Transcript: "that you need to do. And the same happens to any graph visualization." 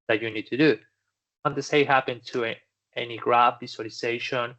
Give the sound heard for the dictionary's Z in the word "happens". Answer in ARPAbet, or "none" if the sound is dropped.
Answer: none